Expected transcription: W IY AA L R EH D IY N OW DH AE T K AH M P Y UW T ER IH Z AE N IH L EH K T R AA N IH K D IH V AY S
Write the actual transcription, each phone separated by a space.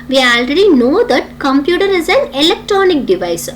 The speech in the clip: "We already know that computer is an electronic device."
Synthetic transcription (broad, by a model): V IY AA L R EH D IY N OW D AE T K AH M P Y UW T ER IH Z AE N IH L EH K T R AA N IH K D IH V AY S